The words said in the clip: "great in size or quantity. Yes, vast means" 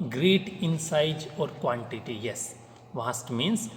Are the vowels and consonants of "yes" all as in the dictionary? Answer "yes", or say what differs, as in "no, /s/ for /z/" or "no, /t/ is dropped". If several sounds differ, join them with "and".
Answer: yes